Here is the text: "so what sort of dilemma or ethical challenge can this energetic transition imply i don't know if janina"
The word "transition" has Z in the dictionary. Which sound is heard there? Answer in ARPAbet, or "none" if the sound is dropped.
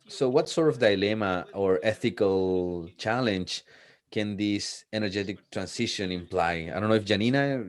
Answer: S